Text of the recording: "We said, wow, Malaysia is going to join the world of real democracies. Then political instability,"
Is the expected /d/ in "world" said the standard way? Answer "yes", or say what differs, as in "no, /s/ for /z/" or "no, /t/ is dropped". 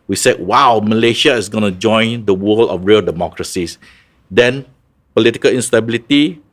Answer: no, /d/ is dropped